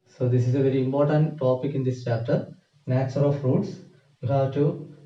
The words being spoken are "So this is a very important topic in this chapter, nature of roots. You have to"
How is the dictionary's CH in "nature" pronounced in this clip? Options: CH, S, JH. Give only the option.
S